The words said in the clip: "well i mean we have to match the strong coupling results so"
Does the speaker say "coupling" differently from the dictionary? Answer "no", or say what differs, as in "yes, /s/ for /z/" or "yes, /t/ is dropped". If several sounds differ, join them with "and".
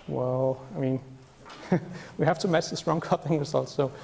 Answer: yes, /l/ is dropped